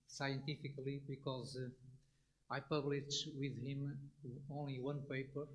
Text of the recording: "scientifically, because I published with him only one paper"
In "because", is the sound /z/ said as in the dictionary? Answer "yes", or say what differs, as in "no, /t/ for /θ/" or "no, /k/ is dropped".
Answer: yes